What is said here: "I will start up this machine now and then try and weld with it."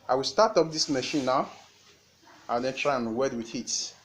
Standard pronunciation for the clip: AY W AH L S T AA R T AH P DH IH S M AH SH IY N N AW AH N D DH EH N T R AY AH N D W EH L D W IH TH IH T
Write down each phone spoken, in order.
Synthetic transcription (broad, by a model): AY W AH L S T AA T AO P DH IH S M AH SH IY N N AW AH N D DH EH N T R AY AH N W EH D W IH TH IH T